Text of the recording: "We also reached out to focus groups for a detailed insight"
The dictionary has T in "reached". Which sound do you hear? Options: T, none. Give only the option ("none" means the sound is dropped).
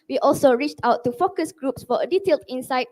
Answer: T